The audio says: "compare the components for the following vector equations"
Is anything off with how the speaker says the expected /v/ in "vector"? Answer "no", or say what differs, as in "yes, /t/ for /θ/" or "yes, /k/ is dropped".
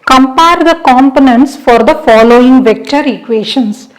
no